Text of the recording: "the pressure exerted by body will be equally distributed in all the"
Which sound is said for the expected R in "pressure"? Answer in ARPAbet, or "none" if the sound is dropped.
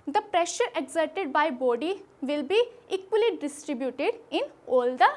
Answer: R